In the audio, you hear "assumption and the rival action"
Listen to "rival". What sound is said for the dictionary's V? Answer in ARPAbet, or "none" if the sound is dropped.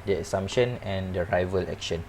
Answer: V